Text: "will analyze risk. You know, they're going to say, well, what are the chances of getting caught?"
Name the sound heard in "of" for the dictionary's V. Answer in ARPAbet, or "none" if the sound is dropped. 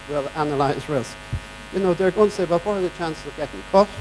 V